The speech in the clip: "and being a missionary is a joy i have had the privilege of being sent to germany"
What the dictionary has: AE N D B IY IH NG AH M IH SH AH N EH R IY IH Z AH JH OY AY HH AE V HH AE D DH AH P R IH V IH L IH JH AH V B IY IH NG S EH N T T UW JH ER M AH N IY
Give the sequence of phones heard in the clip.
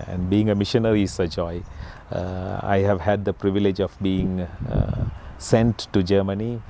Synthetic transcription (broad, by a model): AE N D B IY IH NG AH M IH SH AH N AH R IY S AH JH OY AY HH AE V HH AE D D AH P R IH V IH L IH JH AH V B IY IH NG S EH N T T UW JH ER M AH N IY